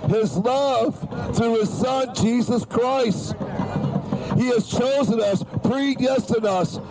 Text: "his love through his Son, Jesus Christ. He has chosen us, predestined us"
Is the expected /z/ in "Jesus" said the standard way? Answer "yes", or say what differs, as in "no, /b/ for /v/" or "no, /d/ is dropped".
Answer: yes